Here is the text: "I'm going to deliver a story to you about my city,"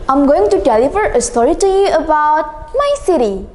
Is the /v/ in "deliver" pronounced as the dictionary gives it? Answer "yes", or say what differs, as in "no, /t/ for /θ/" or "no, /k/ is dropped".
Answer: no, /f/ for /v/